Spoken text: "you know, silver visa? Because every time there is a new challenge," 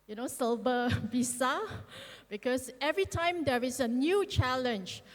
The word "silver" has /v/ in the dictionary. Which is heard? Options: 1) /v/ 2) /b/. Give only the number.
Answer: 2